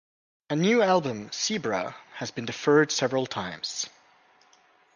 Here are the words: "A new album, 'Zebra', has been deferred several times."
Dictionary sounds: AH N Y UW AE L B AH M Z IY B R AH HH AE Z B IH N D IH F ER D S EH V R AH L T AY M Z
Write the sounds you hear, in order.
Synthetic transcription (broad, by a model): AH N Y UW AE L B AH M S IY B R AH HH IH Z B IH N D IH F ER D S EH V R AH L T AY M Z